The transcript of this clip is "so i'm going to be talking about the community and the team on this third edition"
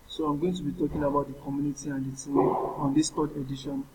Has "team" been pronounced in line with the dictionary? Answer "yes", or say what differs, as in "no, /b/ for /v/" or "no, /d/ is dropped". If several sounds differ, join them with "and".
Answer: no, /m/ is dropped